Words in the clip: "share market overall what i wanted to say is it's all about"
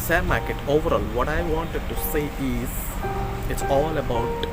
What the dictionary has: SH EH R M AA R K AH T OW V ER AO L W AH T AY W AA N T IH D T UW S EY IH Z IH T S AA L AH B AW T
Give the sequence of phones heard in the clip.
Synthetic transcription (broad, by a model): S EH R M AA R K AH T OW V ER AO L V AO T AY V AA N T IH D T UW S EY IH Z IH T S AA L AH B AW T